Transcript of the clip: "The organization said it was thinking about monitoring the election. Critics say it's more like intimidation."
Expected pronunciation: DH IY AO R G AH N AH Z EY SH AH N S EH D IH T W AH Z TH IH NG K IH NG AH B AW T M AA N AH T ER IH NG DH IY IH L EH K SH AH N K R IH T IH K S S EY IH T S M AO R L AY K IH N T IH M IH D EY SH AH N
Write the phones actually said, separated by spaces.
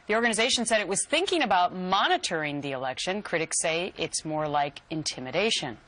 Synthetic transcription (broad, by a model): DH IY AO R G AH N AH Z EY SH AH N S EH D IH T W AH Z TH IH NG K IH NG AH B AW T M AA N AH T ER IH NG DH IY IH L EH K SH AH N K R IH T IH K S S EY IH T S M AO R L AY K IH N T IH M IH D EY SH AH N